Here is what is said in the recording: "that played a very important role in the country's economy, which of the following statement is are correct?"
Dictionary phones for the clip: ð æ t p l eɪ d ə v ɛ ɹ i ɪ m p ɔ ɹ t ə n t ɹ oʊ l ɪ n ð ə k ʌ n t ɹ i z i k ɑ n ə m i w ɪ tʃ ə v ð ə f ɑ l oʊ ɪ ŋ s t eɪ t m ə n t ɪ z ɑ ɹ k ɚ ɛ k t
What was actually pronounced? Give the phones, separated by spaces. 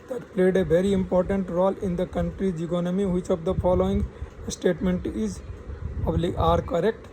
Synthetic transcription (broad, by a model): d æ t p l eɪ d ə v ɛ ɹ i ɪ m p ɔ ɹ t ə n t ɹ oʊ l ɪ n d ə k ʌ n t ɹ i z i k ɑ n ə m i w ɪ tʃ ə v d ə f ɑ l oʊ ɪ ŋ s t eɪ t m ə n t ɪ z ɑ ɹ k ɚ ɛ k t